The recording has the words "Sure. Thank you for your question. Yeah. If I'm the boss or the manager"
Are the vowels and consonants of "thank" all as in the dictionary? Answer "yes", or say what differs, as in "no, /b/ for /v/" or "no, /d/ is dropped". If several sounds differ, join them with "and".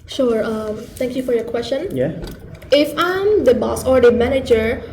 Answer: no, /t/ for /θ/